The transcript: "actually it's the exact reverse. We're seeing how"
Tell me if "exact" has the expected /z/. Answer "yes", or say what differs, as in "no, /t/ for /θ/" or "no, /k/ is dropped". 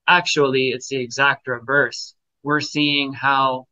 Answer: yes